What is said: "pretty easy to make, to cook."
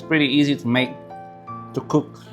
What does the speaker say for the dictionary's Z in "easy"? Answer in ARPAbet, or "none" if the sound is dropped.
Z